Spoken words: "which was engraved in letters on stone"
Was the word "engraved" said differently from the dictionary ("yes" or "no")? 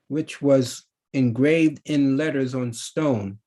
no